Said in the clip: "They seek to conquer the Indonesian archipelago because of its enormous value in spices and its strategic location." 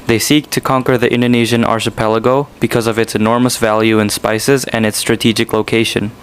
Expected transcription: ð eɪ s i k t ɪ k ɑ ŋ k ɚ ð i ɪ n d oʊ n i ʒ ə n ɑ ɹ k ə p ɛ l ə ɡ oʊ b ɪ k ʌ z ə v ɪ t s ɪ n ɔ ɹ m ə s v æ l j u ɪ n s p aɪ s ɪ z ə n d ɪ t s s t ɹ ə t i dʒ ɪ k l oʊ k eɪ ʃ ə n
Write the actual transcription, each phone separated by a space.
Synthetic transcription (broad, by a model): ð eɪ s i k t ɪ k ɑ ŋ k ɚ ð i ɪ n d oʊ n i ʒ ə n ɑ ɹ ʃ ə p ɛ l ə ɡ oʊ b ɪ k ʌ z ə v ɪ t s ɪ n ɔ ɹ m ə s v æ l j u ɪ n s p aɪ s ɪ z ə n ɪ t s s t ɹ ə t i dʒ ɪ k l oʊ k eɪ ʃ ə n